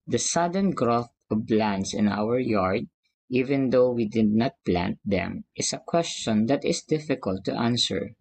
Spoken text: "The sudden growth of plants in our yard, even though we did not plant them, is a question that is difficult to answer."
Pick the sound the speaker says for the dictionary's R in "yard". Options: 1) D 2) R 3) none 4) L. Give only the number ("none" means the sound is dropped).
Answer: 2